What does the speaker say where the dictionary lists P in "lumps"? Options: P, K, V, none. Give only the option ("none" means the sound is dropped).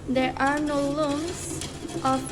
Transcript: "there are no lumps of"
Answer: none